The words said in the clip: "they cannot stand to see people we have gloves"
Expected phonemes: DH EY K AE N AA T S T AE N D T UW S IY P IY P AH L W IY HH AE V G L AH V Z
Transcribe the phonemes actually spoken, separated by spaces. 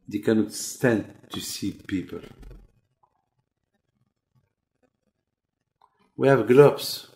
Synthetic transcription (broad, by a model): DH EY K AE N AA T S T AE N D T UW S IY P IY P AH L W IY HH AE V G L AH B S